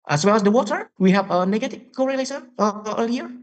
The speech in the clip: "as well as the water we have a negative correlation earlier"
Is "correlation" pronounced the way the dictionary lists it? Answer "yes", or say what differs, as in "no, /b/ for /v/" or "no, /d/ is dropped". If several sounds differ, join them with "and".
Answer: no, /s/ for /ʃ/ and /n/ is dropped